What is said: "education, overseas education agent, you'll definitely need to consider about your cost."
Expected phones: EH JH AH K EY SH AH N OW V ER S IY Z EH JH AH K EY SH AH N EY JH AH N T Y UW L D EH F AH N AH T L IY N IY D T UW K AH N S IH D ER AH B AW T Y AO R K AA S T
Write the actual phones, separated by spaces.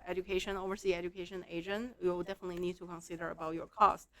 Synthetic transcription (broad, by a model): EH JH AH K EY SH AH N OW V ER S IY EH JH AH K EY SH AH N EY JH AH N T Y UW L D EH F AH N AH T L IY N IY D T UW K AH N S IH D ER AH B AW T Y AO R K AA S T